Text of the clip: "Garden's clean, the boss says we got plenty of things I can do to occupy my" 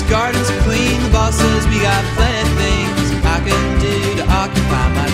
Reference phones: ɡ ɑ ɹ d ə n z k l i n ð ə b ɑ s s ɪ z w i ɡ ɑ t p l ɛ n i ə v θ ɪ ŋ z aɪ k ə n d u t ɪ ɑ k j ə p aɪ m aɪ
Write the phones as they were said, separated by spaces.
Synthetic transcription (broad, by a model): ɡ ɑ ɹ d n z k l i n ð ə b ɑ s s ɪ z w i ɡ ɑ t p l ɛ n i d θ ɪ ŋ z aɪ k ə n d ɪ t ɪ ɑ k j ə p aɪ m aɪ